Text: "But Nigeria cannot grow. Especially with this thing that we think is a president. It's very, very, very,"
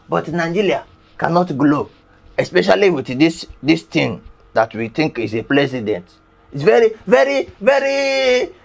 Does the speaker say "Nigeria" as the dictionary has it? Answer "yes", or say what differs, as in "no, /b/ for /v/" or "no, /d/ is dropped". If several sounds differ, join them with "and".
no, /l/ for /ɹ/